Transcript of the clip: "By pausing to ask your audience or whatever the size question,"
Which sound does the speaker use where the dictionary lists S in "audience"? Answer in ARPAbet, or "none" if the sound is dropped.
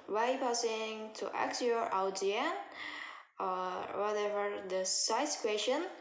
none